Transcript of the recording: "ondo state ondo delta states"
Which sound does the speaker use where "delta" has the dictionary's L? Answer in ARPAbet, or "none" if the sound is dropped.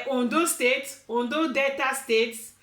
none